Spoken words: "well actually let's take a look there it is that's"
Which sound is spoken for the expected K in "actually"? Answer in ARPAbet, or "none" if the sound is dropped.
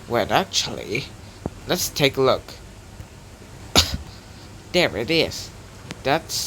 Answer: K